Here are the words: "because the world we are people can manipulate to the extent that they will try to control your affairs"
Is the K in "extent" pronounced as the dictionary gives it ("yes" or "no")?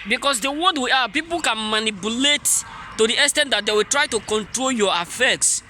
no